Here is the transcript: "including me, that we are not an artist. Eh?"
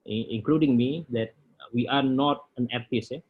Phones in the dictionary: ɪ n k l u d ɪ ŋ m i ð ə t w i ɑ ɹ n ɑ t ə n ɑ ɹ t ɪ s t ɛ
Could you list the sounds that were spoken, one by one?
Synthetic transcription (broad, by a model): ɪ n k l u d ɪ ŋ m i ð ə t w i ɑ ɹ n ɑ t ə n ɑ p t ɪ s ɛ